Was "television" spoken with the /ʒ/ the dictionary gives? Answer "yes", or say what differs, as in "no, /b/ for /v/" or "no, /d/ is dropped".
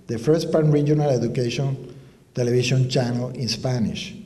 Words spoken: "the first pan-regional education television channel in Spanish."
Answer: no, /ʃ/ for /ʒ/